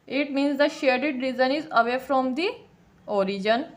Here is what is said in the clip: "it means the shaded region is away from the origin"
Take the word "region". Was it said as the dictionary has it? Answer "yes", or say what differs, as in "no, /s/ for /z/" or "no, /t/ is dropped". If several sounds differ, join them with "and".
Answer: no, /z/ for /dʒ/